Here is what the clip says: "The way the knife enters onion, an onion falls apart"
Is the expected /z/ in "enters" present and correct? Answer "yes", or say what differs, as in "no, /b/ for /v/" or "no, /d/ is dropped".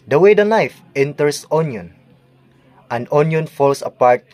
no, /s/ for /z/